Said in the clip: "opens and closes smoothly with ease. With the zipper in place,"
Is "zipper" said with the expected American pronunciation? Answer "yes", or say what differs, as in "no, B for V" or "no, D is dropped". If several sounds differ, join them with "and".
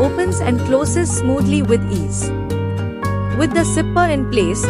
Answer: no, S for Z